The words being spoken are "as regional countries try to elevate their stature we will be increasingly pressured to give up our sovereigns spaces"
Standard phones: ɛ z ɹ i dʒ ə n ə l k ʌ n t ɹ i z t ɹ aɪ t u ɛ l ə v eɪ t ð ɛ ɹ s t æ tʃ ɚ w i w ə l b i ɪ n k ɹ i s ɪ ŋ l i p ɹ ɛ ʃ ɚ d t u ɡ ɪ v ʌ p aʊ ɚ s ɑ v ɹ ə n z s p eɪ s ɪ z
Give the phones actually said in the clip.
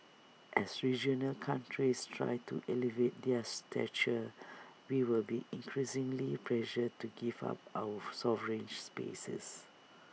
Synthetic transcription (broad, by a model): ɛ s ɹ i dʒ ə n ə l k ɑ n t ɹ i s t ɹ aɪ t u ɛ l ə v eɪ t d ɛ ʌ s t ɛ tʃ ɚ w i w ə l b i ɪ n k ɹ i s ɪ ŋ l i p l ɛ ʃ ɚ t u ɡ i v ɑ p aʊ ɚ s ɑ v ɹ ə n s p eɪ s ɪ s